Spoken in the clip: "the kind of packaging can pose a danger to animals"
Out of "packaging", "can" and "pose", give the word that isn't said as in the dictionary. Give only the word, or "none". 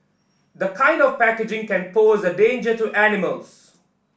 none